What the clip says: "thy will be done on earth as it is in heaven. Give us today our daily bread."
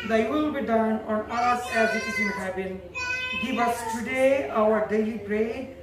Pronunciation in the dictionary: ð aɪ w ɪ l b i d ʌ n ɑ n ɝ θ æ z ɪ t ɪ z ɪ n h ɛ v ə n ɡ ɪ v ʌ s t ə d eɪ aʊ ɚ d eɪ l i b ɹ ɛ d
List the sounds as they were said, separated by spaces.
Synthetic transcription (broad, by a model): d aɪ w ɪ l b i d ʌ n ɑ n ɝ s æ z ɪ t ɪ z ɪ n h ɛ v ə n ɡ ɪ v ʌ s t ə d eɪ aʊ ɚ d eɪ l i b ɹ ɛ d